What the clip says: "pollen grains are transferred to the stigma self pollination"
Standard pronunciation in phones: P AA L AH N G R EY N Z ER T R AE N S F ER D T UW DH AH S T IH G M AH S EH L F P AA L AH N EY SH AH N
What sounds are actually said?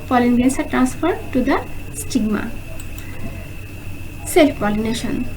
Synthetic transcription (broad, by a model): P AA L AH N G EY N S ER T R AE N S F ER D T UW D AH S T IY G M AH S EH L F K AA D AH N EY SH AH N